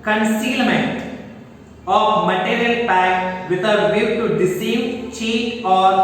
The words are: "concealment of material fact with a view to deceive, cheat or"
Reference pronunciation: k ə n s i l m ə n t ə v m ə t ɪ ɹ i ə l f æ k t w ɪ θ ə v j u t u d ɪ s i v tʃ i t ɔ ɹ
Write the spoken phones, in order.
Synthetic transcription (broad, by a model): k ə n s i l m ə n t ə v m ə t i ɹ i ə l p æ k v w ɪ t ə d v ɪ t u d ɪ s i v tʃ i t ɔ ɹ